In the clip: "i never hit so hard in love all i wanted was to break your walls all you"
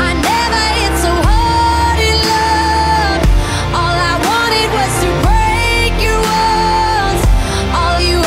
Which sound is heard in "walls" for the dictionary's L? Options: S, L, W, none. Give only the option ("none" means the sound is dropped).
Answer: none